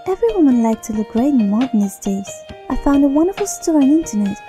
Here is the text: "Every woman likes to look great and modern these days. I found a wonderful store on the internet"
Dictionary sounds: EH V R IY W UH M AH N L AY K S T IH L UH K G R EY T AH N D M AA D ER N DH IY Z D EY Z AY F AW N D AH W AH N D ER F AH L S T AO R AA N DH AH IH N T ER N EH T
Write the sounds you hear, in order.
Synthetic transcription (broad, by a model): EH V R IY W UH M AH N L AY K T IH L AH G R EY AH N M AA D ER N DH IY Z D EY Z AY F AW N D AH W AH N D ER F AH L S T AO R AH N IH N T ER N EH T